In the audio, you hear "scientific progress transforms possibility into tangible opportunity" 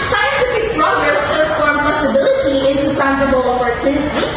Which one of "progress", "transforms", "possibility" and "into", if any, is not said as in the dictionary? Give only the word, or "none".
transforms